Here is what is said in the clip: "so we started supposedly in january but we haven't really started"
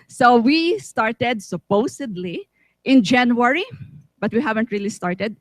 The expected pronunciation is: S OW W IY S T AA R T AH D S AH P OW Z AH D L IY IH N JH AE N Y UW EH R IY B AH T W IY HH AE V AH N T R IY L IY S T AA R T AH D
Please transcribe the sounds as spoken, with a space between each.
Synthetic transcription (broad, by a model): S OW W IY S T AA R T AH D S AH P OW S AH D L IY IH N JH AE N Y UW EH R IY B AH T W IY HH AE V AH N T R IY L IY S T AA R T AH D